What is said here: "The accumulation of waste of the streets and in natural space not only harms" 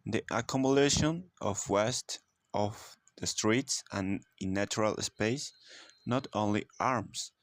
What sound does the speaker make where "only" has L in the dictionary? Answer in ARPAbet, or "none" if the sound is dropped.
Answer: L